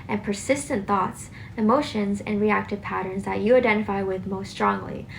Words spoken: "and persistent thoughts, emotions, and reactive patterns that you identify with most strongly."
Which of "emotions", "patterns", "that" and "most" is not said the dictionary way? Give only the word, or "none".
none